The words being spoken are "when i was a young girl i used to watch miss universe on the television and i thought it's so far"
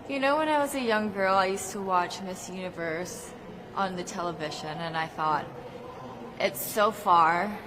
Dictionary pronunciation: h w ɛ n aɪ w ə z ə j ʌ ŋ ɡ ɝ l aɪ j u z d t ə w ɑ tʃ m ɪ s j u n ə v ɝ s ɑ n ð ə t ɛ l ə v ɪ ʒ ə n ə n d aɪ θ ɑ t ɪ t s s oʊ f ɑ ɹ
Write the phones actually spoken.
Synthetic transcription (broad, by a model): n w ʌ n aɪ w ə z ə j ʌ ŋ ɡ ɝ l aɪ j u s t ə w ɑ tʃ m ɪ s j u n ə v ɝ s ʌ n ð ə t ɛ l ə v ɪ ʒ ə n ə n aɪ θ ɑ t ɪ t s s oʊ f ɑ ɹ